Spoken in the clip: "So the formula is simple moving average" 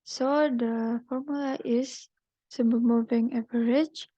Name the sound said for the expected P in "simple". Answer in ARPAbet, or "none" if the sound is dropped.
none